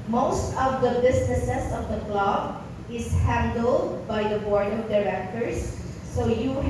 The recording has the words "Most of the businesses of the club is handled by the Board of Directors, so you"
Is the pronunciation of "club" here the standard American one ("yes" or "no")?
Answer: yes